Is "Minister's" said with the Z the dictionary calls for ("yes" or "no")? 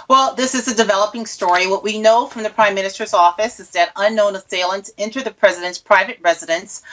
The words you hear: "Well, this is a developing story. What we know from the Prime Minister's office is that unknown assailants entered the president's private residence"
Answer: yes